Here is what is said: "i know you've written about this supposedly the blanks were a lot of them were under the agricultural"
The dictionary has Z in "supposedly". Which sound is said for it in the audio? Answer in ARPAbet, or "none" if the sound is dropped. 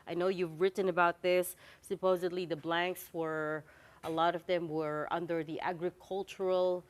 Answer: Z